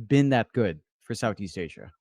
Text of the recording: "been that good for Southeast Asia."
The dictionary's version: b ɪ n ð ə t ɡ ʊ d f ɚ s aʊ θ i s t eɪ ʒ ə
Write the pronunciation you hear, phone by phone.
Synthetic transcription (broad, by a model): b ɪ n ð ə t ɡ ʊ d f ɚ s aʊ θ i s t eɪ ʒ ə